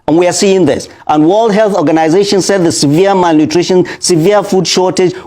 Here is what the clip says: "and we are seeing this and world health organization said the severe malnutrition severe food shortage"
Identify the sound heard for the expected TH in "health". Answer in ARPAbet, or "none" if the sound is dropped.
TH